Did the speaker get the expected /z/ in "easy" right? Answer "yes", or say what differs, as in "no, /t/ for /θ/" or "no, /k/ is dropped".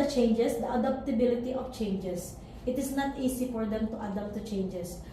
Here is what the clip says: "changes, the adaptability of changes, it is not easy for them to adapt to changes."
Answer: no, /s/ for /z/